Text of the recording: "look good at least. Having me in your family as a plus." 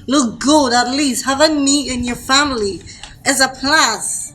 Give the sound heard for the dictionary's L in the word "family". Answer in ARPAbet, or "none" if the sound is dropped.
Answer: L